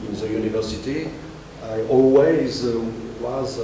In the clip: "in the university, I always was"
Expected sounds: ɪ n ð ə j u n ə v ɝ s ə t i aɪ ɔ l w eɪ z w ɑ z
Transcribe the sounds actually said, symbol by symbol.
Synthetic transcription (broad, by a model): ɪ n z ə j u n ə v ɝ s ə t i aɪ ɔ l w eɪ z w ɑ z